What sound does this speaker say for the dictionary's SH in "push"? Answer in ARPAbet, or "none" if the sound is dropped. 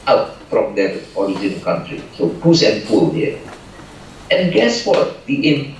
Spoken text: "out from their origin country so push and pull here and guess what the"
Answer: S